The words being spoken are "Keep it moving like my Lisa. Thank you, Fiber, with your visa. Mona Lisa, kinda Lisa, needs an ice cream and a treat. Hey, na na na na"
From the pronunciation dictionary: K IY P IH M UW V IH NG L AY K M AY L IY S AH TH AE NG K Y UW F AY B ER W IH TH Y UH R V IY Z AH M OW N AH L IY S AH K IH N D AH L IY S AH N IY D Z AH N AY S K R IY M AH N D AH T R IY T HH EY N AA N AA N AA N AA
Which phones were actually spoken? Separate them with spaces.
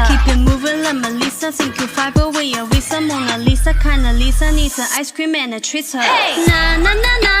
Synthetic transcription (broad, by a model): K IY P IH M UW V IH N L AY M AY L IY S AH S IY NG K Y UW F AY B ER W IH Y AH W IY S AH M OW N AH L IY S AH K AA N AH L IY S AH N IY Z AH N AY S K R IY M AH N AH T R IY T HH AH N AA N AA N AA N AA